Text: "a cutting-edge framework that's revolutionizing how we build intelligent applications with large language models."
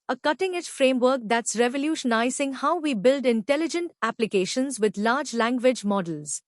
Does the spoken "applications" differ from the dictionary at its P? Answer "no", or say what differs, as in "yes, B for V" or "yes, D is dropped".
no